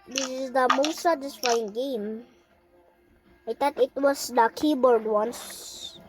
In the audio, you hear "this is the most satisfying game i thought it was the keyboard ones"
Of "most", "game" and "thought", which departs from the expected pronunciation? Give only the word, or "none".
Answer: thought